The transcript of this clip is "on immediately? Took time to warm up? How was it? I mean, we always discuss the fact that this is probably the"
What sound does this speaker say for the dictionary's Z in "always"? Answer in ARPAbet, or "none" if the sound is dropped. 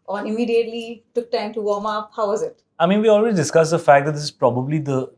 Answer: none